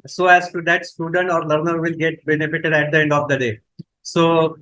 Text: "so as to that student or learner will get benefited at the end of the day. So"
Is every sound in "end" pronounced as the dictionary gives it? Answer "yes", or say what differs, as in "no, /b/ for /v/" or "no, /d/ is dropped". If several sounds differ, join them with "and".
yes